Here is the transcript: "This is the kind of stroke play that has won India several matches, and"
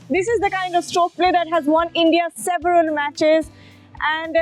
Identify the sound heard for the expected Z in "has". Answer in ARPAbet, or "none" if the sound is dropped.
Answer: Z